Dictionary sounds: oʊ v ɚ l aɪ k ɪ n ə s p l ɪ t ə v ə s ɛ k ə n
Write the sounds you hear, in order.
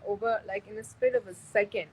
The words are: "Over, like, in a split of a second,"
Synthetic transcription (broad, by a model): oʊ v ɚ l aɪ k ɪ n ə s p ɪ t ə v ə s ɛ k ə n